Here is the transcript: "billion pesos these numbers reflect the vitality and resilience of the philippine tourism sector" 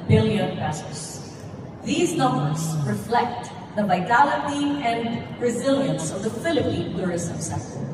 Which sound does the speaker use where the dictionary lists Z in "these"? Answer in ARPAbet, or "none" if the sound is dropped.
Z